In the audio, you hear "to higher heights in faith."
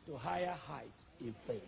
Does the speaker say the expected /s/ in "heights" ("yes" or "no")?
no